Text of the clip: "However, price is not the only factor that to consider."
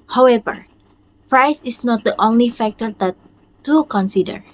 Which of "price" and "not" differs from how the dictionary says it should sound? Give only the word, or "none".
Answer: none